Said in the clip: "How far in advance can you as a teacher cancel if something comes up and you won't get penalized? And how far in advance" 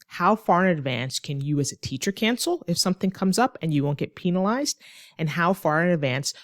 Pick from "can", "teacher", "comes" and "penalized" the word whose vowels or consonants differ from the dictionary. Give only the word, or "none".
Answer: none